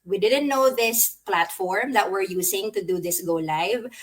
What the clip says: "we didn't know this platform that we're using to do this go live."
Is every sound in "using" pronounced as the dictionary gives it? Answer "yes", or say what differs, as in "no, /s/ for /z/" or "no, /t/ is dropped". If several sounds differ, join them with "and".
no, /s/ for /z/